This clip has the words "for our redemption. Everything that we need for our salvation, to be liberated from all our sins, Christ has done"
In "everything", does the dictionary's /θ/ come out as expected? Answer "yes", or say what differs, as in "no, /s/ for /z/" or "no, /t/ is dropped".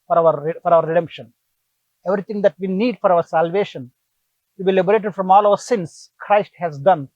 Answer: no, /t/ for /θ/